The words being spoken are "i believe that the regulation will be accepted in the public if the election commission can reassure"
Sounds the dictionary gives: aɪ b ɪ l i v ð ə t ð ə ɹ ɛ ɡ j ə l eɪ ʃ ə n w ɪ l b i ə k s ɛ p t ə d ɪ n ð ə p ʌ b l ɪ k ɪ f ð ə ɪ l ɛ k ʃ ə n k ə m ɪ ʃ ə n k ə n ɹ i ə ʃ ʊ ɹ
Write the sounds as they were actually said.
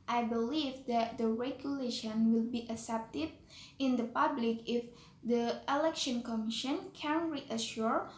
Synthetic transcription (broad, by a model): aɪ b ɪ l i v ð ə t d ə ɹ ɛ ɡ j ə l eɪ ʃ ə n w ɪ l b i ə s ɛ p t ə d ɪ n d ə p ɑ b l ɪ k ɪ f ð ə ɪ l ɛ k ʃ ə n k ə m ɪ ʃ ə n k ə n ɹ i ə ʃ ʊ ɹ